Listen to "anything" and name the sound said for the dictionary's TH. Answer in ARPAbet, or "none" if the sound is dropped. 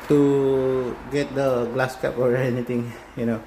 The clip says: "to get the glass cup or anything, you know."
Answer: T